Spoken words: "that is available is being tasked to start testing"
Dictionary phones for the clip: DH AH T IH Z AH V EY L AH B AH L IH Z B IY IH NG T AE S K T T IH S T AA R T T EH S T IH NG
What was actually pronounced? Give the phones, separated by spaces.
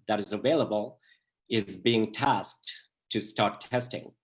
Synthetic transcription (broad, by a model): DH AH T IH Z AH V EY L AH B AH L IH Z B IY IH NG T AE S K T T IH S T AA R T T EH S T IH NG